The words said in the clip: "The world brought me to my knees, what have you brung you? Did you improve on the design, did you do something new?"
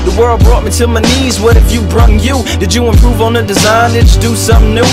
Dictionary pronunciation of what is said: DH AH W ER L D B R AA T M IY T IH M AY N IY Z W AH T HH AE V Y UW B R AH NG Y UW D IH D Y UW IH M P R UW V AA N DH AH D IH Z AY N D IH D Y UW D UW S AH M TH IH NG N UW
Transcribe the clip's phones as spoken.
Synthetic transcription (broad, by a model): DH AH W ER L D B R AA T M IY T IH M AY N IY Z W AH T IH F Y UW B R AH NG Y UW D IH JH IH IH M P R UW V N DH AH D IH Z AY N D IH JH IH D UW S AH M N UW